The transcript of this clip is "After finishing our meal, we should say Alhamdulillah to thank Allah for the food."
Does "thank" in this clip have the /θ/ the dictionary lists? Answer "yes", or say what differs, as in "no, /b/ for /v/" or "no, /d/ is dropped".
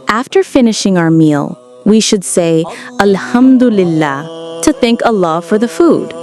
yes